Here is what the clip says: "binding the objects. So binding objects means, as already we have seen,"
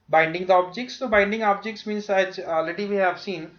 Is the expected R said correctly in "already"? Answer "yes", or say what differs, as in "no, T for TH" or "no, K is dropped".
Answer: no, R is dropped